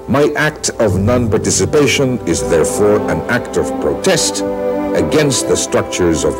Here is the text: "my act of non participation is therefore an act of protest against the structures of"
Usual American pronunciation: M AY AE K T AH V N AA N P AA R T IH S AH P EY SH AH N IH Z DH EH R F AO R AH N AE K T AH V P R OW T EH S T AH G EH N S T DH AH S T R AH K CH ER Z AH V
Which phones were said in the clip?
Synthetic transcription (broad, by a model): M AY AE K T AH V N AA N P AA R T IH S AH P EY SH AH N IH Z DH EH R F AO R AH N AE K T AH V P R OW T EH S T AH G EH N S T DH AH S T R AH K CH ER Z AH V